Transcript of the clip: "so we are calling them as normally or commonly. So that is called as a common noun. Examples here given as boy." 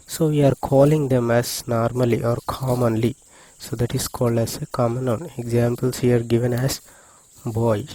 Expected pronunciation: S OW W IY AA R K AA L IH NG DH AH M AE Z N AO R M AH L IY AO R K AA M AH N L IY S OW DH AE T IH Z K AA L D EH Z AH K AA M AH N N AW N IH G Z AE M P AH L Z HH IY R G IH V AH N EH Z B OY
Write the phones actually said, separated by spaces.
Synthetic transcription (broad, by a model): S OW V IY AA R K AA L IH NG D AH M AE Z N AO R M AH L IY AO R K AA M AH N L IY S OW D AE T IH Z K AA L D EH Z AH K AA M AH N N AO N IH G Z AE M P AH L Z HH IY R G IH V AH N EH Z B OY